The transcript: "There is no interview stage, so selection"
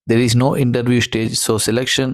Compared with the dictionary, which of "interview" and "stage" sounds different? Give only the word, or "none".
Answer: none